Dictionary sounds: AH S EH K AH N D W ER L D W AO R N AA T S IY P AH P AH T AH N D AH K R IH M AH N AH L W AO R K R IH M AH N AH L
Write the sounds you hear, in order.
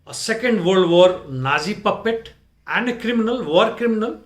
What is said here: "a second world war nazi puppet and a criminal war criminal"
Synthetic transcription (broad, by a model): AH S EH K AH N D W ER D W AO R N AA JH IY P AH P AH T AH N D K R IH M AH N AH L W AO R K R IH M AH N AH L